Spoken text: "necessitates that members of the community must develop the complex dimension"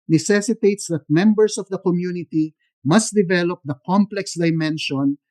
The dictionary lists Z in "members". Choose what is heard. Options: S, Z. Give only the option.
S